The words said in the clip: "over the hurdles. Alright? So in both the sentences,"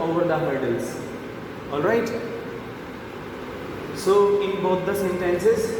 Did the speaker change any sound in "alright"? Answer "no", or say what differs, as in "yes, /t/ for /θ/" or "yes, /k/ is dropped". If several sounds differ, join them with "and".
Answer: no